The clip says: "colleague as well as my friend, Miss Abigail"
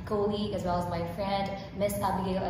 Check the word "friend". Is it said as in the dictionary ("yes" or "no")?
yes